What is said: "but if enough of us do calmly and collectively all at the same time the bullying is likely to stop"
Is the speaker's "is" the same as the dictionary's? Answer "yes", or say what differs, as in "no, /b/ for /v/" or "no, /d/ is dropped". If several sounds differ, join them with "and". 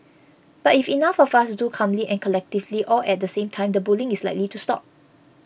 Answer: no, /s/ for /z/